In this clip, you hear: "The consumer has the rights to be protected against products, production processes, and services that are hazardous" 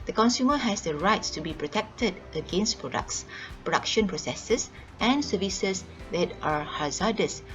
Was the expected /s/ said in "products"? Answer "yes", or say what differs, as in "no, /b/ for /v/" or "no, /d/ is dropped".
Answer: yes